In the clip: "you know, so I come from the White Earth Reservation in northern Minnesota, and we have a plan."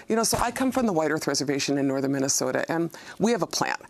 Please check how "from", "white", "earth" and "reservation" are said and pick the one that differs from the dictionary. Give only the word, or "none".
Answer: none